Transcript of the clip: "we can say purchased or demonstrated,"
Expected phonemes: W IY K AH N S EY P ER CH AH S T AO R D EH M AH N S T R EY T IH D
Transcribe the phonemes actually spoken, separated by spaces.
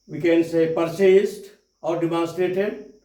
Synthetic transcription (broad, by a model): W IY K AH N S EY P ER S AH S T AO R D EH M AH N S T R EY T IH D